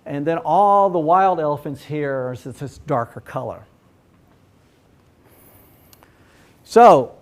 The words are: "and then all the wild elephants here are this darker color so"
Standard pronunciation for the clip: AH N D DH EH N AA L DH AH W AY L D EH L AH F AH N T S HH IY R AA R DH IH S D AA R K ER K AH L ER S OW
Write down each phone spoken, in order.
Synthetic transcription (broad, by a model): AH N DH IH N AA L DH AH W AY L D EH L AH F AH N T S HH IY R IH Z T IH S D AA R K ER K AH L ER S OW